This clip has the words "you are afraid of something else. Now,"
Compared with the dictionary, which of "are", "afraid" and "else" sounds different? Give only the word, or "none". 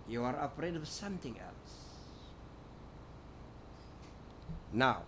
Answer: afraid